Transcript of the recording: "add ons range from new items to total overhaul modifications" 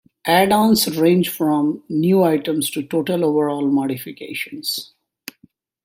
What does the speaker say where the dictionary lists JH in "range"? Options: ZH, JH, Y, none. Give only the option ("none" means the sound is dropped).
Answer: JH